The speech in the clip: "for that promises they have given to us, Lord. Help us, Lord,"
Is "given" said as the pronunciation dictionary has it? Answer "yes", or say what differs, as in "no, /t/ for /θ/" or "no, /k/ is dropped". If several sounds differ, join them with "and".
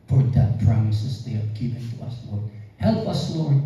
no, /p/ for /v/